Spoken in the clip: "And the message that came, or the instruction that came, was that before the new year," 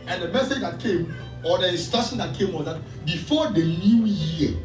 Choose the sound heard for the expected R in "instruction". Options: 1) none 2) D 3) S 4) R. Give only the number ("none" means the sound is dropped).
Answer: 1